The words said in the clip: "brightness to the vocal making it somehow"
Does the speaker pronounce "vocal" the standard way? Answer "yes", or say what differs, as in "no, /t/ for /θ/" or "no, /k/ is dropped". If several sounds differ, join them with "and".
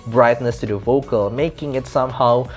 yes